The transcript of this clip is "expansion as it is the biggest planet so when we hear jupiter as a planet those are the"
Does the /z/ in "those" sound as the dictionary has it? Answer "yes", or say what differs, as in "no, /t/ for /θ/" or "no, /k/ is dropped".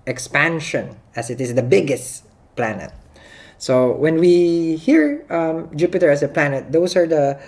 no, /s/ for /z/